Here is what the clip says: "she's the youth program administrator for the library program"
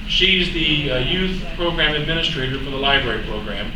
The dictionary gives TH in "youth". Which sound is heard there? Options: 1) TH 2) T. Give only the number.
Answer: 1